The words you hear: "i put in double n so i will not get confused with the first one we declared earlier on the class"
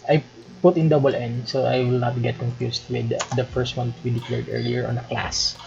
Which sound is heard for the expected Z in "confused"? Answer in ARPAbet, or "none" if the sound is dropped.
S